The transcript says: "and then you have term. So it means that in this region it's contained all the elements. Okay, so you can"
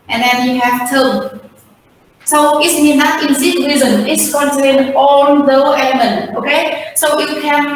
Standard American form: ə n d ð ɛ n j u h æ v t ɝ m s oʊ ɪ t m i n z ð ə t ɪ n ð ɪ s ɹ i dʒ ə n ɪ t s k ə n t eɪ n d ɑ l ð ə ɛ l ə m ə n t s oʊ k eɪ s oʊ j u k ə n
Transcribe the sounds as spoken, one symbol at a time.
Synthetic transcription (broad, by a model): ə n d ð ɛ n j u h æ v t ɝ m s oʊ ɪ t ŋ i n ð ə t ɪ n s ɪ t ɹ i z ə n ɪ t s k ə n t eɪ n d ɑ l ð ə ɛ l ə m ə n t oʊ k eɪ s oʊ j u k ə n